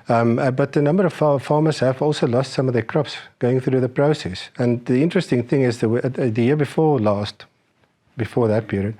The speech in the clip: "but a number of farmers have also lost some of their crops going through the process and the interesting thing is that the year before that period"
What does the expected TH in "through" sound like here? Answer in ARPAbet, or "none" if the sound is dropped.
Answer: TH